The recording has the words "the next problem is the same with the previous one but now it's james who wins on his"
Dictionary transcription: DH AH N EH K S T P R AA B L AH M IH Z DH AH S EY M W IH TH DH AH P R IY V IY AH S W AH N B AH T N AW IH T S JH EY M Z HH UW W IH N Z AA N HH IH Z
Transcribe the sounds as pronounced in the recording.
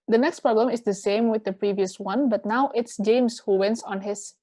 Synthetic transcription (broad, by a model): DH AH N EH K S T P R AA B L AH M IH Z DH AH S EY M W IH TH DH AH P R IY V IY AH S W AH N B AH T N AW IH T S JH EY M S HH UW W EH N S AA N HH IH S